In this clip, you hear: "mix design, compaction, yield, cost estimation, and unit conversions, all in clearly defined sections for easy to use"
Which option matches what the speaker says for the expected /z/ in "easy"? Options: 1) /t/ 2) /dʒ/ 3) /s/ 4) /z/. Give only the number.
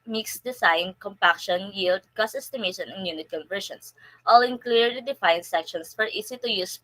3